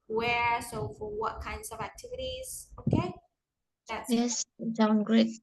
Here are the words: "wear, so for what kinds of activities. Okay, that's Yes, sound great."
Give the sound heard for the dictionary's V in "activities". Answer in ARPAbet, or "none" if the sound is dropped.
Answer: V